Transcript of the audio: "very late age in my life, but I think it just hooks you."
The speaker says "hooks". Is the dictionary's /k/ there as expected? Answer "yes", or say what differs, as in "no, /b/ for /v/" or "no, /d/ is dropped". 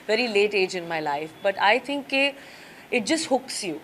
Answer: yes